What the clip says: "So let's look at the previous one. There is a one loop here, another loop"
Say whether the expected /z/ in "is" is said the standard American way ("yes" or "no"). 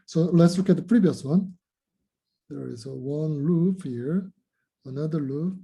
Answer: yes